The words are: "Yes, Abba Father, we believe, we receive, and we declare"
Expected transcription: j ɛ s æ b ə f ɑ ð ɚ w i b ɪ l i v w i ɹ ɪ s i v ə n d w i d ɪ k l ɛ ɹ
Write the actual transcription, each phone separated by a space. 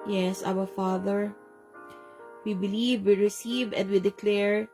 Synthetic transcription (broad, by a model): j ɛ s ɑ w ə f ɑ ð ɚ w i b ɪ l i v w i ɹ ɪ s i v ə n d w i d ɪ k l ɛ ɹ